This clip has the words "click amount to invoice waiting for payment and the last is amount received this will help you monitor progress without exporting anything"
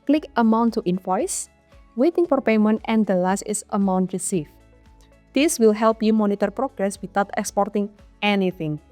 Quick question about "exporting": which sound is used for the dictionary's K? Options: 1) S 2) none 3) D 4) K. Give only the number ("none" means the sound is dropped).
4